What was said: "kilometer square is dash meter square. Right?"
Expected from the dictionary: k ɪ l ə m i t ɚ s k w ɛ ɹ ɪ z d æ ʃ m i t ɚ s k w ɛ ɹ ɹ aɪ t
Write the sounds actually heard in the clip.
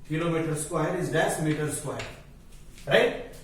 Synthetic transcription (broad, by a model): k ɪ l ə m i t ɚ s k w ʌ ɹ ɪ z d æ s m i t ɚ s k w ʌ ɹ ɹ aɪ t